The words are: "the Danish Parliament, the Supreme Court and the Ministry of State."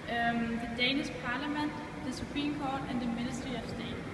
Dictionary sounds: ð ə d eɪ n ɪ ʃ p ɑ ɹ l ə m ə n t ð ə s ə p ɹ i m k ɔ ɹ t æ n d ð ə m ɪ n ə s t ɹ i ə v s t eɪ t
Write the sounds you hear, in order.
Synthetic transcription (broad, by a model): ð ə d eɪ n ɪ s p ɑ l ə m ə n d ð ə s ə p ɹ i m k ɔ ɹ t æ n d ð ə m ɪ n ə s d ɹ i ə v s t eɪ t